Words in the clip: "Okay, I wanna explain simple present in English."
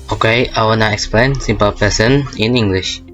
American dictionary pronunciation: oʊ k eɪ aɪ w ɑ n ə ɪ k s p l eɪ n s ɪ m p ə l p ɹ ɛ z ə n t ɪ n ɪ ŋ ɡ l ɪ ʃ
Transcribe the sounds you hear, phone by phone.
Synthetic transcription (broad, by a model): oʊ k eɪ aɪ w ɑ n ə ɪ k s p l eɪ n s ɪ m p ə l p ɛ s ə n ɪ n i ŋ ɡ l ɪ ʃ